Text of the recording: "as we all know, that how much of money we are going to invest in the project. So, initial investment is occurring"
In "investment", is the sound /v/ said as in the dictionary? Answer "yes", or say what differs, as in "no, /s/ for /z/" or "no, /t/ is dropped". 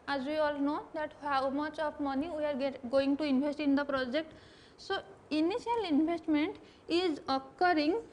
no, /b/ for /v/